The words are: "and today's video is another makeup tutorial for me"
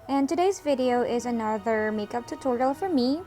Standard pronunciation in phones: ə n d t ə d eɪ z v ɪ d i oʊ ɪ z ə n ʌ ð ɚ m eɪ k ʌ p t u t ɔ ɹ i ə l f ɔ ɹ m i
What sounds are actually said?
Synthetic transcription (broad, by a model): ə n t ə d eɪ z v ɪ d i oʊ ɪ z ə n ʌ ð ɚ m eɪ k ʌ p t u t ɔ ɹ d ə l f ɔ ɹ m i